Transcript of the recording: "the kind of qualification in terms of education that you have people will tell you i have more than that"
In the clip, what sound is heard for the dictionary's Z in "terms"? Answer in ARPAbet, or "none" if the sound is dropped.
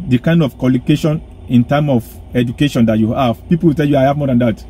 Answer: none